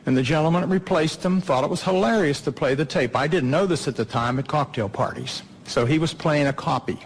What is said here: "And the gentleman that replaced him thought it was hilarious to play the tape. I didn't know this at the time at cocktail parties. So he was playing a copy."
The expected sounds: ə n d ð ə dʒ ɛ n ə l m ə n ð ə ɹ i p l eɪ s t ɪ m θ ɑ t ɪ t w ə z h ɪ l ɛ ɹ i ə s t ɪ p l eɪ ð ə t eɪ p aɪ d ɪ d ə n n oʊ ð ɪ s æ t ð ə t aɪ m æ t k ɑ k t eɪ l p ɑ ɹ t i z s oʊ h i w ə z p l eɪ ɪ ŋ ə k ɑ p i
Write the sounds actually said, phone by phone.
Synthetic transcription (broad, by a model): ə n ð ə dʒ ɛ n l m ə n ɹ i p l eɪ s t ɪ m θ ɑ t ɪ t w ə z h ɪ l ɛ ɹ i ə s t ɪ p l eɪ ð ə t eɪ p aɪ d ɪ d n n oʊ ð ɪ s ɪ t ð ə t aɪ m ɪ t k ɑ k t eɪ l p ɑ ɹ t i z s oʊ i w ə z p l eɪ ɪ ŋ ə k ɑ p i